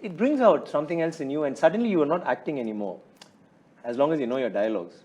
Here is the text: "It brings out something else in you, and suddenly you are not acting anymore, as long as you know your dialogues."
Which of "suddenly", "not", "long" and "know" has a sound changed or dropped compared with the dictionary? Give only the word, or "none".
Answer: none